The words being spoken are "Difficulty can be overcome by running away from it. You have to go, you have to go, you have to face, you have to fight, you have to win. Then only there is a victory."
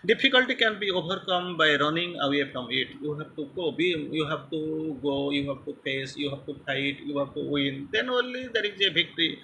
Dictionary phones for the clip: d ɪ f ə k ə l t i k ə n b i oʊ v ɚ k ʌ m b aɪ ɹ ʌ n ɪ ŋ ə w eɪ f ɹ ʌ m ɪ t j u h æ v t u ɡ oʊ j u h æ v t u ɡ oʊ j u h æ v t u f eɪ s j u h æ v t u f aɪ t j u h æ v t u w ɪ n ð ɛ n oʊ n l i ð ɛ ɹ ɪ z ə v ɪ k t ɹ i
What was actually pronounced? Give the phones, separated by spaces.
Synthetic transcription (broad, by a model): d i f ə k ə l t i k ə n b i oʊ b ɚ k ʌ m b aɪ ɹ ʌ n ɪ ŋ ə w eɪ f ɹ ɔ m ɪ t j u h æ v t u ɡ oʊ j u h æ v t u ɡ oʊ j u h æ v t u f eɪ s j u h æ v t u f aɪ t j u h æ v t u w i n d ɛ n oʊ n l i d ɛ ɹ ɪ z ə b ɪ k t ɹ i